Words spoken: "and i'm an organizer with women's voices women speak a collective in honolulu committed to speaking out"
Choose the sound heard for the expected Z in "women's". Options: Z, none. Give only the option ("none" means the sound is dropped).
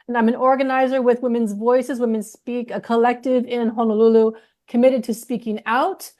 Z